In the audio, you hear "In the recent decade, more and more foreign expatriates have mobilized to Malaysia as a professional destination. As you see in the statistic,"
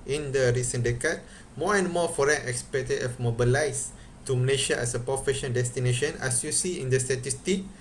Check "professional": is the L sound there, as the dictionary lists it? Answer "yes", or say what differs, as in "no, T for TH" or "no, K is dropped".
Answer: no, N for L